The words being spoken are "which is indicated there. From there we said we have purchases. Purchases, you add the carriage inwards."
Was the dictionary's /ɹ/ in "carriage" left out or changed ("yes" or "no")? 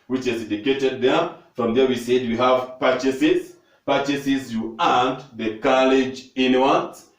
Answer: yes